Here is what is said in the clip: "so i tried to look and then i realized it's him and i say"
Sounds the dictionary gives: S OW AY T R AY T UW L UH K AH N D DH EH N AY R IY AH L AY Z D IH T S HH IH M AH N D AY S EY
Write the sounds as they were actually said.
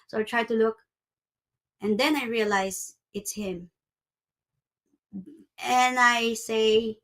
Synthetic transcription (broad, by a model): S OW AY T R AY T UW L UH K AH N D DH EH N AY R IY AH L AY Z IH T S HH IH M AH N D AY S EY